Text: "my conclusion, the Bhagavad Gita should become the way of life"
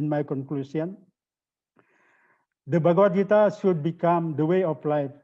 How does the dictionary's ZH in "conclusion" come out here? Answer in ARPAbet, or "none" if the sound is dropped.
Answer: S